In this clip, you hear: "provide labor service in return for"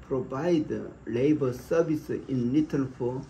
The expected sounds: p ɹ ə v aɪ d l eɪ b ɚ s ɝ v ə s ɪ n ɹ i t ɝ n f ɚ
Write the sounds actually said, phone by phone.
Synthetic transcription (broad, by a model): p ɹ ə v aɪ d l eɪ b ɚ s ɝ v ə s ɪ n l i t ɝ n f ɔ